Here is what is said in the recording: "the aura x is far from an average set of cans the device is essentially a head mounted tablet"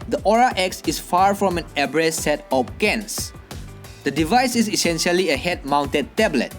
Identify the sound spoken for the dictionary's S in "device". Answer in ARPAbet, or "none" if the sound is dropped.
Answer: S